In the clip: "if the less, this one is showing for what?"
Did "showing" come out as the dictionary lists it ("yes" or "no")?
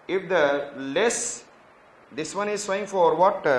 no